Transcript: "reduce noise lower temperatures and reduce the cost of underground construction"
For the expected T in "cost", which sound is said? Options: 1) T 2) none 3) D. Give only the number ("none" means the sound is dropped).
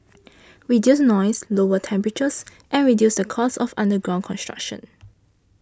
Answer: 2